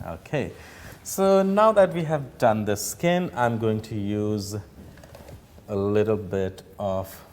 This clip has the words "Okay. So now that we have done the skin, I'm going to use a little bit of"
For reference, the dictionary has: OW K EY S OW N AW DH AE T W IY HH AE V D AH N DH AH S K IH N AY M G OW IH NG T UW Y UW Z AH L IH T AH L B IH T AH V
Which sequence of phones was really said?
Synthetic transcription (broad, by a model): OW K EY S OW N AW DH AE T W IY HH AE V D AH N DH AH S K IH N AY M G OW IH NG T UW Y UW Z AH L IH T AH L B IH T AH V